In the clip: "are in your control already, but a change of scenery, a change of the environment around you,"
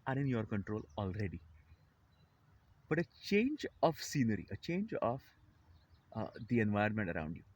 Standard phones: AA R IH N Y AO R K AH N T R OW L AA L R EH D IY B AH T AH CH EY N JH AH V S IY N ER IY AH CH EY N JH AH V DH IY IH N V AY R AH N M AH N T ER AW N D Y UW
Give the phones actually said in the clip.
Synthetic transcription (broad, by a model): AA R IH N Y AO R K AH N T R OW L AA L R EH D IY B AH T AH CH EY N JH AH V S IY N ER IY AH CH EY N JH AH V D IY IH N V AY AH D M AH N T ER AW N D Y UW